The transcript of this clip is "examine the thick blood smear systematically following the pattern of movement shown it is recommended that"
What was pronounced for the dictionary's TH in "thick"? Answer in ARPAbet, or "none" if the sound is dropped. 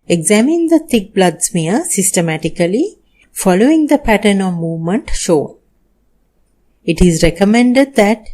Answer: T